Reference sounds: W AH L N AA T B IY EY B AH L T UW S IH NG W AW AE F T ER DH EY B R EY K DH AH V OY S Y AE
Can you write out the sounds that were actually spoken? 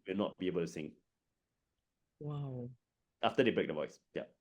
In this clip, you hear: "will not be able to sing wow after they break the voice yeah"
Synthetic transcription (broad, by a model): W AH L N AA T B IY EY B AH L T UW S IH NG W AW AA F T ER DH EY B R EY K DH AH V OY S Y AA